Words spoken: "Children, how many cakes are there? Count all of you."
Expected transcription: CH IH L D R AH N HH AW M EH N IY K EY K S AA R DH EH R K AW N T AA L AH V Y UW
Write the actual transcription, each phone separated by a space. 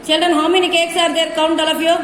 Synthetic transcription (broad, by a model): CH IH L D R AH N HH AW M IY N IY K EY K S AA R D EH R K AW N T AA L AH P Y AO